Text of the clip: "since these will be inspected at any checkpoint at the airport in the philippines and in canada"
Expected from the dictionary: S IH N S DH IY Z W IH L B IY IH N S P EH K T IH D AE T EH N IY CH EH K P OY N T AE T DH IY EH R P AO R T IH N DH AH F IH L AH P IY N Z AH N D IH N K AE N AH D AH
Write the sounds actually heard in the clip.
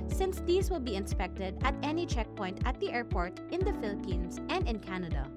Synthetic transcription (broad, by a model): S IH N S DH IY S W IH L B IY IH N S P EH K T IH D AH T EH N IY CH EH K P OY N T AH T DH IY EH R P AO R T IH N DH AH F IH L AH P IY N S AH N D IH N K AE N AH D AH